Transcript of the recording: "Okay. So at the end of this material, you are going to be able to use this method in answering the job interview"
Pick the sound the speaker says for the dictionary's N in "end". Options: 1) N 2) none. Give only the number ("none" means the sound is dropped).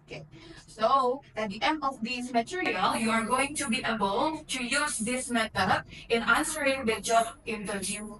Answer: 1